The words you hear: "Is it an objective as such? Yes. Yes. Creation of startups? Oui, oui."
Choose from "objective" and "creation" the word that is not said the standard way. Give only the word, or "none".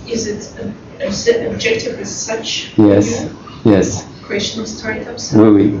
creation